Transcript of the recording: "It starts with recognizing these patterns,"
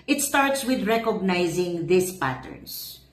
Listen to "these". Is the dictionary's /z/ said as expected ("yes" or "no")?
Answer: no